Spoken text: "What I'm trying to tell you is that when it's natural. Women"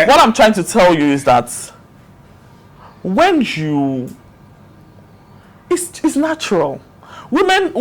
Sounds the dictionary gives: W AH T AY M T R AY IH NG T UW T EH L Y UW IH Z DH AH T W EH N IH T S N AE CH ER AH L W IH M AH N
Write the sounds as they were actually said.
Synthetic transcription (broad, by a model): W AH T AY M T R AY IH NG T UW T EH L Y UW IH Z DH AH T W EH N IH S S N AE CH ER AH L W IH M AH N